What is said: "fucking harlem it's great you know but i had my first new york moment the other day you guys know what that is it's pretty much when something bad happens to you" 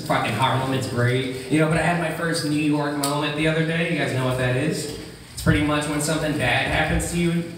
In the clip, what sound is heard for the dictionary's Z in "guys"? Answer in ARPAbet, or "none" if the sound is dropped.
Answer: Z